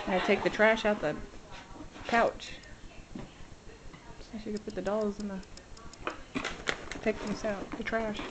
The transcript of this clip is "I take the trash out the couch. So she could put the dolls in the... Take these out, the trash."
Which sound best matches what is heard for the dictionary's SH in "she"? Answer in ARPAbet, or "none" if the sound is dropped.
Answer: S